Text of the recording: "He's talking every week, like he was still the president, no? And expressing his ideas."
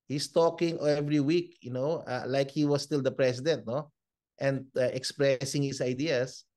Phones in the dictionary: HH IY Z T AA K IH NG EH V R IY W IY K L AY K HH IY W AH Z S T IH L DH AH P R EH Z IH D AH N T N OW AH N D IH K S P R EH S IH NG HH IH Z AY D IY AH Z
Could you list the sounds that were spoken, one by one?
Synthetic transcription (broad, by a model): HH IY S T AA K IH NG EH V R IY W IY K L AY K HH IY W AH S T IH L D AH P R EH S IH D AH N T N OW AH N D IH K S P R EH S IH NG HH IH S AY D IY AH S